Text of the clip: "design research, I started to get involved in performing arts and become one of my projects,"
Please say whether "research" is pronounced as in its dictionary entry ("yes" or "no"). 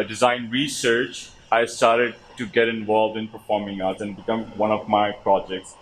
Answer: yes